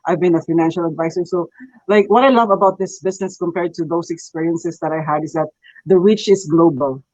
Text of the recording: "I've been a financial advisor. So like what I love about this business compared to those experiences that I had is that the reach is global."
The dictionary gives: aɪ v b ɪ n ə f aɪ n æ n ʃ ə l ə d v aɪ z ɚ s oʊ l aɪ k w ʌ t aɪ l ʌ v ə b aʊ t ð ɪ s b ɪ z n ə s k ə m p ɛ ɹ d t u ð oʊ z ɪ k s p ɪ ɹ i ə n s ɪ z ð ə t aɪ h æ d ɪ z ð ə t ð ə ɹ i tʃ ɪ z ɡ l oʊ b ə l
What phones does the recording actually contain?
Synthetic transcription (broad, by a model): aɪ v b ɪ n ə f aɪ n æ n ʃ ə l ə d v aɪ s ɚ s oʊ l aɪ k w ʌ t aɪ l ʌ v ə b aʊ t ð ɪ s b ɪ s n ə s k ə m p ɛ ɹ d t u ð oʊ s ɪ k s p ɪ ɹ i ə n s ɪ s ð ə t aɪ h æ d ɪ s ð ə t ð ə ɹ i tʃ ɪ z ɡ l oʊ b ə l